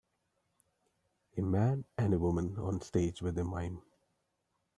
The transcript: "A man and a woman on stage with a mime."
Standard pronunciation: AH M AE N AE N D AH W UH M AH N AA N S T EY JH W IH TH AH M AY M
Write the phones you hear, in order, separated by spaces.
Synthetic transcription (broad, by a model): AH M AE N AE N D AH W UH M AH N AA N S T EY JH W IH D AH M AY M